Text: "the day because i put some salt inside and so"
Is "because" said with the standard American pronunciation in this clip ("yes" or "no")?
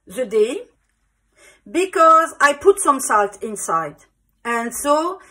yes